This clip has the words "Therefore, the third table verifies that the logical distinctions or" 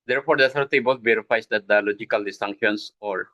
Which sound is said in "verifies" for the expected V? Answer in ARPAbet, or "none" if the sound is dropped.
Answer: B